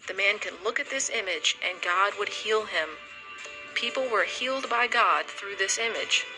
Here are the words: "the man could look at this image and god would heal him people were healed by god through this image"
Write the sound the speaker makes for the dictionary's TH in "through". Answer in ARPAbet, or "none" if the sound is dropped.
TH